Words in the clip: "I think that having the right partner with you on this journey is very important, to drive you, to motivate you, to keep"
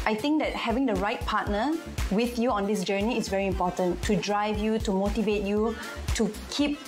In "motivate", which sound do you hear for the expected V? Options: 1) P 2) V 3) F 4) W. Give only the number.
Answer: 2